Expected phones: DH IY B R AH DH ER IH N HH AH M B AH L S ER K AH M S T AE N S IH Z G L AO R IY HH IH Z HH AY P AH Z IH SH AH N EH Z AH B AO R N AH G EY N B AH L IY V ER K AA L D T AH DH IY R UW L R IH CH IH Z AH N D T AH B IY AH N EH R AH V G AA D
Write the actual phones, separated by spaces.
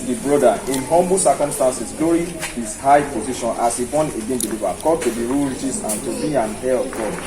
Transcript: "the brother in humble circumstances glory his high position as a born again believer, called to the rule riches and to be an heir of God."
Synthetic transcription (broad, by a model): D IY B R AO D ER IH N HH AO M B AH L S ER K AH M S T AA N S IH S G L AO R IY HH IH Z HH AY P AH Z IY SH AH N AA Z AH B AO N AH G EY N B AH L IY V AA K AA D T AH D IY R UW L R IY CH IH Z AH N T AH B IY AH N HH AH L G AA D